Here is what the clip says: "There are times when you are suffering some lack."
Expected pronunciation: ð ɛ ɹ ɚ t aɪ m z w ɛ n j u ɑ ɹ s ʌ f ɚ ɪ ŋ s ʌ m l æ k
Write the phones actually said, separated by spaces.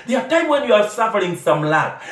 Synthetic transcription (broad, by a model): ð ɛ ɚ t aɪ m w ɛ n j u ɑ ɹ s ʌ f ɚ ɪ ŋ s ʌ m l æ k